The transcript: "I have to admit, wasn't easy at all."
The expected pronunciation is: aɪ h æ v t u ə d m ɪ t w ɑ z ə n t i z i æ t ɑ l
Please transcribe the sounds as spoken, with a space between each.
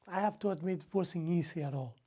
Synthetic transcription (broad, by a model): aɪ h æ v t u ə d m ɪ t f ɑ s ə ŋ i s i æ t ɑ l